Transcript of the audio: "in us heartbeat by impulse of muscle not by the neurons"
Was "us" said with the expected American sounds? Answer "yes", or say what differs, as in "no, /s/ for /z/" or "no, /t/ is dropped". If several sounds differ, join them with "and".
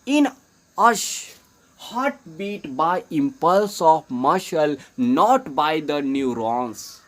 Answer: no, /ʃ/ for /s/